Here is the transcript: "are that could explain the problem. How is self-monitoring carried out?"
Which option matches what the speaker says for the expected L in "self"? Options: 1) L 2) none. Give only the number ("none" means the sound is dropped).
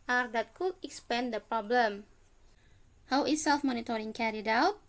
1